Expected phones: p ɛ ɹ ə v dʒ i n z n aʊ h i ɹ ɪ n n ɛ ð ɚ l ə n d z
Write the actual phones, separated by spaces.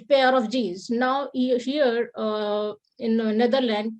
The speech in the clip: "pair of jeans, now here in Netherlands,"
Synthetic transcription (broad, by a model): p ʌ ɹ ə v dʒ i z n aʊ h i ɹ ɪ n n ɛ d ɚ l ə n d